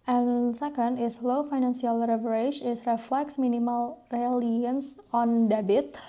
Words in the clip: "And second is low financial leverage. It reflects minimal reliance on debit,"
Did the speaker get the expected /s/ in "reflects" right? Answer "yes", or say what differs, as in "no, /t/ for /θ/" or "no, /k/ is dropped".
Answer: yes